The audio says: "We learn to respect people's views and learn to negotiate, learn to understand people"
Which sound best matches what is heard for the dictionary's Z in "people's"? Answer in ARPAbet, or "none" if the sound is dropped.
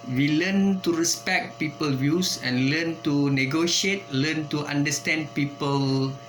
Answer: none